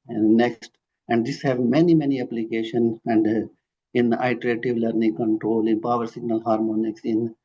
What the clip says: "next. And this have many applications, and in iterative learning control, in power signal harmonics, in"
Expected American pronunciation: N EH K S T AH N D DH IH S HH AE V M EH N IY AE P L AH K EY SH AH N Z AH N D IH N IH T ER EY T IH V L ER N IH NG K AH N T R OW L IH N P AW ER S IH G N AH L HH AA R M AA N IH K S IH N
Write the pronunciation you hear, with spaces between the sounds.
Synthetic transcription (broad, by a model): N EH K S T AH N D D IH S HH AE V M EH N IY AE P L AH K EY SH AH N AH N D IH N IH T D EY T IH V L ER N IH NG K AH N T R OW L IH N P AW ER S IH G N AH L HH AA R M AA N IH K S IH N